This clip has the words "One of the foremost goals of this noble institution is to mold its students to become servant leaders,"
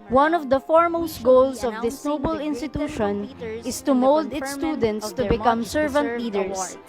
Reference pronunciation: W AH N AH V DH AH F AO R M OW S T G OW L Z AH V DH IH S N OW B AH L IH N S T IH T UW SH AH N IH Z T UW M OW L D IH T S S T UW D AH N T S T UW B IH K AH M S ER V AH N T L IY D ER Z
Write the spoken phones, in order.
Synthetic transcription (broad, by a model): W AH N AH V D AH F AO R M OW S T G OW L S AH V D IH S N OW B AH L IH N S T IH T UW SH AH N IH S T UW M OW L D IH T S S T UW D AH N T S T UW B IH K AH M S ER V AH N T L IY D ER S